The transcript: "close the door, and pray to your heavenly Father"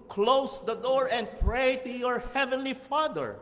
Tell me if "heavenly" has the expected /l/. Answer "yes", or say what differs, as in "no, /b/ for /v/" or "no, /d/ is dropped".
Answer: yes